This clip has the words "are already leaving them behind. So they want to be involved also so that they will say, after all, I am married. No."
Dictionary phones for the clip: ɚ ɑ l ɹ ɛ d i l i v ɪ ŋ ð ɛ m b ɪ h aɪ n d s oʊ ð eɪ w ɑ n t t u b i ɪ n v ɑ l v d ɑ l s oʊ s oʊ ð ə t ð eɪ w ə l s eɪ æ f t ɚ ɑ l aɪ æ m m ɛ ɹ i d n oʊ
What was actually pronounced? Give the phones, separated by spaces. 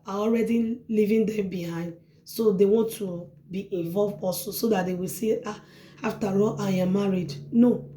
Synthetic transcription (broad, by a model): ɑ ɑ l ɹ ɛ d i l i v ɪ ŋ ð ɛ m b ɪ h aɪ n d s oʊ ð eɪ w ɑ n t t u b i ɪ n v ɑ l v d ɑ s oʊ s oʊ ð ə t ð eɪ w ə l s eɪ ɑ f t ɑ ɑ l aɪ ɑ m m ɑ ɹ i d n oʊ